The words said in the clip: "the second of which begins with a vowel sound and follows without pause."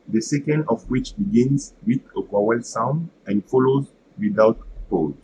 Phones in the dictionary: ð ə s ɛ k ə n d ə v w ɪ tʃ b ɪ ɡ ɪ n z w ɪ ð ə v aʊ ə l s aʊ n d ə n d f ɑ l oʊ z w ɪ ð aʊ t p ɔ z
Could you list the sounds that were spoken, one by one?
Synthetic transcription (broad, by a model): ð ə s ɛ k ə n d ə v w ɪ tʃ b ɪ ɡ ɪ n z w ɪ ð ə w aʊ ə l s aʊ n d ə n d f ɑ l oʊ z w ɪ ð aʊ t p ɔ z